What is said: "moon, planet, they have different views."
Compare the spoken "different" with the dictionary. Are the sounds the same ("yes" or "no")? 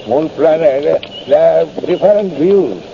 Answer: no